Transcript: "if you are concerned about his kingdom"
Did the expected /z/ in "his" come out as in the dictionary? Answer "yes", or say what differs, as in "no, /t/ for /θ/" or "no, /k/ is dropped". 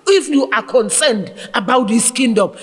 no, /s/ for /z/